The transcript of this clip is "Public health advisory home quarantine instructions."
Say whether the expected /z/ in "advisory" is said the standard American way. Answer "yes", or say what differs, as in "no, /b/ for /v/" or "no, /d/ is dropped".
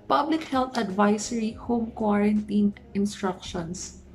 no, /s/ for /z/